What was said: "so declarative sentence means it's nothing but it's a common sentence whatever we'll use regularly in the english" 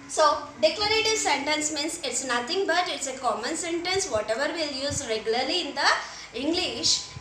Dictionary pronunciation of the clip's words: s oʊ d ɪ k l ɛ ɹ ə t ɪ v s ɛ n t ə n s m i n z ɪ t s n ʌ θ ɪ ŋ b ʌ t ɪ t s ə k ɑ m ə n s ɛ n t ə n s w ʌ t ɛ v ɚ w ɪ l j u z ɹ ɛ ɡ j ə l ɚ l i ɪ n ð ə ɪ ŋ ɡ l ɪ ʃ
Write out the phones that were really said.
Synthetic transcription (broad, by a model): s oʊ d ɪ k l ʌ ɹ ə t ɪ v s ɛ n t ə n s m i n s ɪ t s n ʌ t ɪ ŋ b ʌ t ɪ t s ə k ɑ m ə n s ɛ n t ə n s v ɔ t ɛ v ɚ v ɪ l j u z ɹ ɛ ɡ j ə l ɚ l i ɪ n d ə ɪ ŋ ɡ l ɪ ʃ